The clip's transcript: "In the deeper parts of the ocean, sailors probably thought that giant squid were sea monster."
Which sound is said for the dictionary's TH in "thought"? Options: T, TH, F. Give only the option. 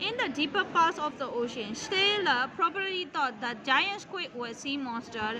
T